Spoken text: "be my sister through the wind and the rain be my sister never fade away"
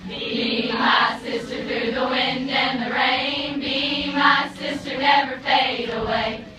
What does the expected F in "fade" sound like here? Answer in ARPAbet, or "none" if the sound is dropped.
P